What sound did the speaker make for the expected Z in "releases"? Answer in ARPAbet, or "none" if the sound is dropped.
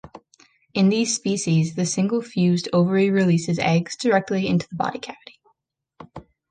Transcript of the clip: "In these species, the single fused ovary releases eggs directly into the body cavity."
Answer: Z